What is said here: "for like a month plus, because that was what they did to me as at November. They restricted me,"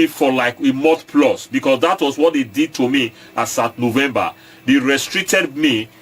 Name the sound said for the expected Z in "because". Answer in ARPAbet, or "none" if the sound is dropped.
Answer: S